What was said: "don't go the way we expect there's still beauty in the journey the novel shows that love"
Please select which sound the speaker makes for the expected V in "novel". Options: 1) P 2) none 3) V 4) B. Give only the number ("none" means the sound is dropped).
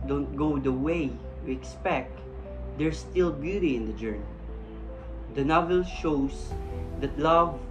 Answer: 3